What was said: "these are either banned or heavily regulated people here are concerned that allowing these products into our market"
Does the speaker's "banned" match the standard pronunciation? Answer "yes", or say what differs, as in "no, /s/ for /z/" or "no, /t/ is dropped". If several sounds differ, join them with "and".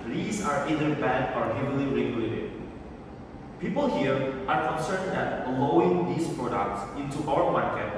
no, /n/ is dropped